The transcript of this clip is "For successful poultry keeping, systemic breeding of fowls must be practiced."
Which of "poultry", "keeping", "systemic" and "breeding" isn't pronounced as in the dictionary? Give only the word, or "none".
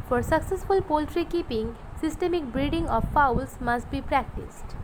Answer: none